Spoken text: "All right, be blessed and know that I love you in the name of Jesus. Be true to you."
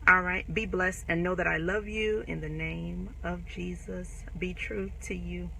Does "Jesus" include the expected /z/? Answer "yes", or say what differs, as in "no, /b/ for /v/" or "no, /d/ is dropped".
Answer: yes